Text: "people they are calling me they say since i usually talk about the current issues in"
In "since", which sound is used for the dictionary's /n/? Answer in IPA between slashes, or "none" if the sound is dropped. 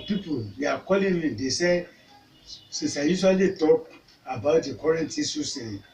none